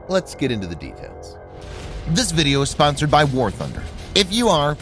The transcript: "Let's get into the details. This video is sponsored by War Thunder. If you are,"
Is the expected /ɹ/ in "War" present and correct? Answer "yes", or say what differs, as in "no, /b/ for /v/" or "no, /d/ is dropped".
yes